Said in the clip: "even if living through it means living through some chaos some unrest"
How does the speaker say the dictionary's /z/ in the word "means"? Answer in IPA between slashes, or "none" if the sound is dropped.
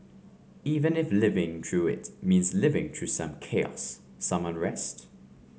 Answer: /z/